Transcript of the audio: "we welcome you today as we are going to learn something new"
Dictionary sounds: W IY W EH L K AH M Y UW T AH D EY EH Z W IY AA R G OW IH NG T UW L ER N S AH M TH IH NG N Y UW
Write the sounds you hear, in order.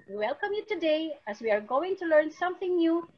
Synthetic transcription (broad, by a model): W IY W EH L K AH M Y UW T AH D EY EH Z W IY AA R G OW IH NG T UW L ER N S AH M TH IH NG N Y UW